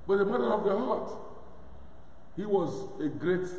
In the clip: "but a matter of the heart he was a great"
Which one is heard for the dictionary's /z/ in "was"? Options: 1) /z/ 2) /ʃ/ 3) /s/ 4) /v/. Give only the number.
1